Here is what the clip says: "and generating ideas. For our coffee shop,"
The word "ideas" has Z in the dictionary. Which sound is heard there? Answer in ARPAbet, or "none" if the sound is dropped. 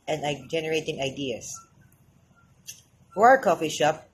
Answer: S